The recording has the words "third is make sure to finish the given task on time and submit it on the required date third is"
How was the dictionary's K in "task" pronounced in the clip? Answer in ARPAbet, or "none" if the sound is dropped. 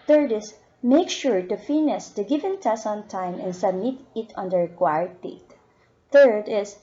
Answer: none